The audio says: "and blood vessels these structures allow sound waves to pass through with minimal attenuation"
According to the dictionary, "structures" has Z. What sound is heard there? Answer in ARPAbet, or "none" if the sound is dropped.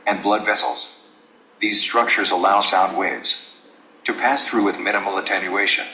Z